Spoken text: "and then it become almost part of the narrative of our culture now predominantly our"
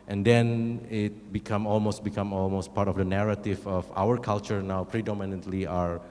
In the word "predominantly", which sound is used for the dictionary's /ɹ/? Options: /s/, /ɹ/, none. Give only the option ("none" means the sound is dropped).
/ɹ/